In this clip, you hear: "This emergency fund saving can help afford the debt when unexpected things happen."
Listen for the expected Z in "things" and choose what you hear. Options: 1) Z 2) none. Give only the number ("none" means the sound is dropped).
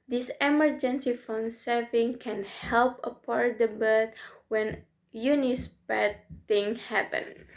2